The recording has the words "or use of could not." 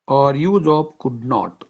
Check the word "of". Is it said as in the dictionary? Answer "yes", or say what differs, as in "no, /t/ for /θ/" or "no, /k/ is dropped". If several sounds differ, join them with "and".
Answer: no, /p/ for /v/